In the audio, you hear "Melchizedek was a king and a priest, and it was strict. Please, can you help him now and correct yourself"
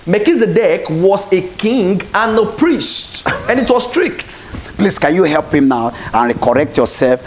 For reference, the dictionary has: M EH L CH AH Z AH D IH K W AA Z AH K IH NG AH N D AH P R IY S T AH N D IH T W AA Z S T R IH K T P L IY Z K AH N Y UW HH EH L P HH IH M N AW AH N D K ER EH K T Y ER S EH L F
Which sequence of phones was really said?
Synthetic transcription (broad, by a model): M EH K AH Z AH D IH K W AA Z AH K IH NG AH N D AH P R IY S T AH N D IH T W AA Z S T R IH K T P L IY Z K AH N Y UW HH EH L P HH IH M N AW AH N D K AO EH K T Y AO S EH L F